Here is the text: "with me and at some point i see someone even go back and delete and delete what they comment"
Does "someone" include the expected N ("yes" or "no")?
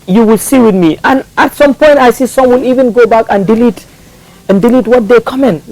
no